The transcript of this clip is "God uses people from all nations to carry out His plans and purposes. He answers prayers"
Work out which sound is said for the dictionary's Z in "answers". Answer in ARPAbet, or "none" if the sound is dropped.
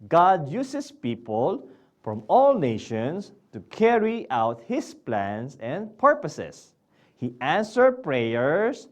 none